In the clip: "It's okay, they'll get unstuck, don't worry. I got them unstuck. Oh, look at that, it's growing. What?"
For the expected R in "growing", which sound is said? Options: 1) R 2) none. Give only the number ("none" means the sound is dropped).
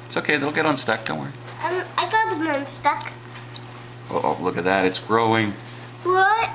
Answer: 1